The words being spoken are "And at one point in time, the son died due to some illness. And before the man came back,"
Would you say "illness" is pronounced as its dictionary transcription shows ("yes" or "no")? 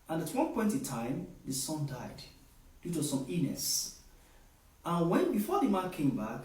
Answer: no